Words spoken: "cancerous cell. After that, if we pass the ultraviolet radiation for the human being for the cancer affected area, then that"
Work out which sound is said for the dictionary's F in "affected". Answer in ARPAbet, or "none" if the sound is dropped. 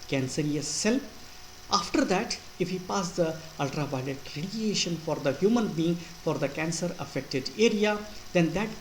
F